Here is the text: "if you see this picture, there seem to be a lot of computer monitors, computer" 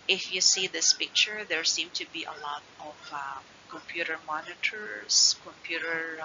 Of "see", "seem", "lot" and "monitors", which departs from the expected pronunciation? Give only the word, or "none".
monitors